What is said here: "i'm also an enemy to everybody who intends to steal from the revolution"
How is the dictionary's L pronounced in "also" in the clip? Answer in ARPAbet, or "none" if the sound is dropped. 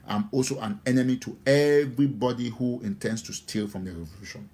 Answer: L